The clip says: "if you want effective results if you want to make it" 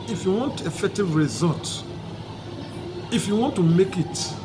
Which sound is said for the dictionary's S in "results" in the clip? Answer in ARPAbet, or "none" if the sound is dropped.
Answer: none